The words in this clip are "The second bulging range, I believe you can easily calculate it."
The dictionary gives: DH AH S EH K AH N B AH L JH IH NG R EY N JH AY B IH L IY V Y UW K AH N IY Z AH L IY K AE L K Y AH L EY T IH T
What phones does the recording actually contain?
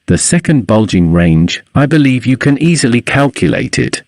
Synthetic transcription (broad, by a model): DH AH S EH K AH N B AH L JH IH NG R EY N JH AY B IH L IY V Y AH K AH N IY Z AH L IY K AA L K Y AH L EY T IH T